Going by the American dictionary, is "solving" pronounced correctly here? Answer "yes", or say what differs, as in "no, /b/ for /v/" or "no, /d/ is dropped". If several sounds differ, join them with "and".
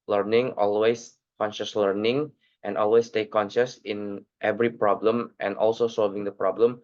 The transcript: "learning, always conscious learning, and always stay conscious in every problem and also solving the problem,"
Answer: yes